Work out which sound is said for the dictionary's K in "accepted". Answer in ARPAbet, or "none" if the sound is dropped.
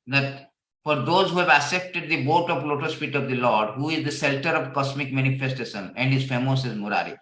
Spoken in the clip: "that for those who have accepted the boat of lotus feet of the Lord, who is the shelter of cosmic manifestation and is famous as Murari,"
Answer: none